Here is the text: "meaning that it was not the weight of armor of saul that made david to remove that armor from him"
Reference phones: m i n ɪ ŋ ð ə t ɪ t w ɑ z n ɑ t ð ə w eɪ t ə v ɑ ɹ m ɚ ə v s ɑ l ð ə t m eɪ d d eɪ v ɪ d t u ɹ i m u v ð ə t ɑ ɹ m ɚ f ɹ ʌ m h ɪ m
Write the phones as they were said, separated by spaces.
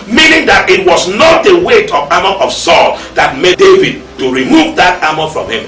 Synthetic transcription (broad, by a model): m i n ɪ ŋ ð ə t ɪ t w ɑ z n ɑ t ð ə w eɪ t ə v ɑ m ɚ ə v s ɑ l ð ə t m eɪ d d eɪ v ɪ d t u ɹ i m u v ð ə t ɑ m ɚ f ɹ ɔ m h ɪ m